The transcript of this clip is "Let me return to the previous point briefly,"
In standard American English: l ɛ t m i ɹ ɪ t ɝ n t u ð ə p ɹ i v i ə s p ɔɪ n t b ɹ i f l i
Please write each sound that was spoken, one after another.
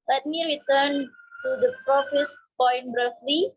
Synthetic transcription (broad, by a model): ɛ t m i ɹ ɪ t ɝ n t u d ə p ɹ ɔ f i s p ɔɪ n t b ɹ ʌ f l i